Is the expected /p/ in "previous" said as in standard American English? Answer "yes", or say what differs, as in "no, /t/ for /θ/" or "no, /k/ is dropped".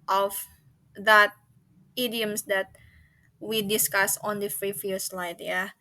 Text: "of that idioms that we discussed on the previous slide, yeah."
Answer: no, /f/ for /p/